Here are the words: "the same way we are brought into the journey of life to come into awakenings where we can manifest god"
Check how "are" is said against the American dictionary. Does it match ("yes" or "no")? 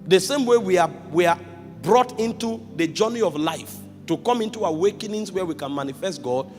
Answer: no